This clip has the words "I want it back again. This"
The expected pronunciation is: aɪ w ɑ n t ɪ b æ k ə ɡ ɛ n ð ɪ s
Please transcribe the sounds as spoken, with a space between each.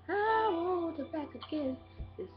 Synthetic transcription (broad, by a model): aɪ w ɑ t ɪ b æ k ə ɡ ɛ n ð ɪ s